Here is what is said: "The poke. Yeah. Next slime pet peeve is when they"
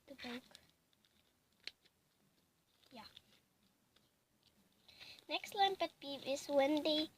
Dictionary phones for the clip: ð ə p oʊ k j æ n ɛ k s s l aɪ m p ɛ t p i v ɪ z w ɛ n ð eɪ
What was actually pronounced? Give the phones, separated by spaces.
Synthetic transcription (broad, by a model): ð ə b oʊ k j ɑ n ɛ k s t l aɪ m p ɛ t b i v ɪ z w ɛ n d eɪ